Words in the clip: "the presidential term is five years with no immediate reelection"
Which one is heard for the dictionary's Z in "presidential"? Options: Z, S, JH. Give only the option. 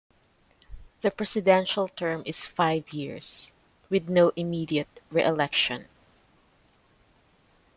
S